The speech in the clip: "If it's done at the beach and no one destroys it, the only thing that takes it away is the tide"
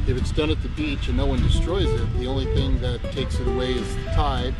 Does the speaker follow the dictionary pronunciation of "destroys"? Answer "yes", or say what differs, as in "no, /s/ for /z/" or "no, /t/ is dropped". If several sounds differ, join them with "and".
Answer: yes